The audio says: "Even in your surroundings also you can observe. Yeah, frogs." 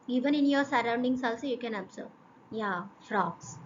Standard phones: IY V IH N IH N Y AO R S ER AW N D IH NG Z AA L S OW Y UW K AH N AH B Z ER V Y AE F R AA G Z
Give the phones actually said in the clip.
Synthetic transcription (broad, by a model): IY V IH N IH N Y AO R S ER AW N D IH NG S AA L S OW Y UW K AH N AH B S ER Y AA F R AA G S